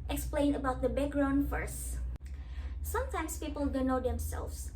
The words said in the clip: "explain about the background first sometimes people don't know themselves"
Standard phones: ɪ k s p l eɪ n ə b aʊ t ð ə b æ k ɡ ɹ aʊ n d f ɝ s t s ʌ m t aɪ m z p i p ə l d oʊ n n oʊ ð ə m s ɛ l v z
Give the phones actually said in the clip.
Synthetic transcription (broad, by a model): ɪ k s p l eɪ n ə b aʊ t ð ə b æ k ɡ ɹ aʊ n d f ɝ s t s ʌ m t aɪ m s p i p ə l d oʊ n n oʊ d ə m s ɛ l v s